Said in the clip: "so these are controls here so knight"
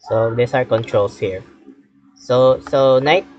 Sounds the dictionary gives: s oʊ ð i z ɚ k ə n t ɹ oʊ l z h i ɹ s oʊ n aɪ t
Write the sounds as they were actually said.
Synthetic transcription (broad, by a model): s oʊ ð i s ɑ k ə n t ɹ oʊ l s h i ɹ s oʊ n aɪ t